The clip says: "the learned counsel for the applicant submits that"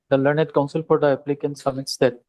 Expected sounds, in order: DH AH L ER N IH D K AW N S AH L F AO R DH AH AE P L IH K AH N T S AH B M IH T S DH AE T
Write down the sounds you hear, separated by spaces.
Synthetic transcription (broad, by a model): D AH L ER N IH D K AW N S AH L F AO R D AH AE P L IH K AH N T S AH M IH T S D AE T